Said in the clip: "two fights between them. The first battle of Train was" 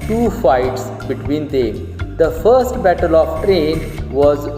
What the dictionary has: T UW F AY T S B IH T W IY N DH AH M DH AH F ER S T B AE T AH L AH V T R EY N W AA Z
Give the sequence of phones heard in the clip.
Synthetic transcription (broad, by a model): T UW F AY T S B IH T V IY N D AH M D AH F ER S T B AE T AH L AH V T R EY N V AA Z